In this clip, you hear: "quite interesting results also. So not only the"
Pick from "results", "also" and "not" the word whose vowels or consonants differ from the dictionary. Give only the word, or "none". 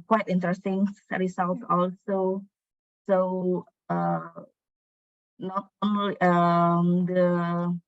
results